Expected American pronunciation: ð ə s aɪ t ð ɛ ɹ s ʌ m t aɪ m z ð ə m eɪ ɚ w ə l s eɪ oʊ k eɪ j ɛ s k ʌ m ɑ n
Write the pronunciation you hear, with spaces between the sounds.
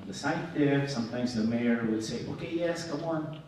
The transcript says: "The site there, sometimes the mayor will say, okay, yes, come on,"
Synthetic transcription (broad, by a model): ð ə s aɪ t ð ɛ ɹ s ʌ m t aɪ m z ð ə m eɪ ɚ w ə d s eɪ oʊ k eɪ j ɛ s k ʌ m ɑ n